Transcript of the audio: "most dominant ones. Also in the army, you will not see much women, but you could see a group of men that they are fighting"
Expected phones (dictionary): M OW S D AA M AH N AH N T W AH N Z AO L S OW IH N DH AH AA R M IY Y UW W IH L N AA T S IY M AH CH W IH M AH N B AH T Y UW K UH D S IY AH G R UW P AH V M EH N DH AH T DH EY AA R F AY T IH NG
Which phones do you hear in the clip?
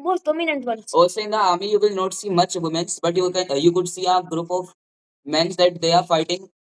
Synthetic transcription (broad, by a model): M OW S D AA M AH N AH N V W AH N AO S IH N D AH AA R M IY Y UW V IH L N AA T S IY M AH CH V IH M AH N B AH T Y UW K UH D S IY AH G R UW P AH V M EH N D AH T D EY AA R F AY T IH NG